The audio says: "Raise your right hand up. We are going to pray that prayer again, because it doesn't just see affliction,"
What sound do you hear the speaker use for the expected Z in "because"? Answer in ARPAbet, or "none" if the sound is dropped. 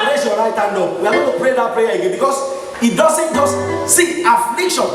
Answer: S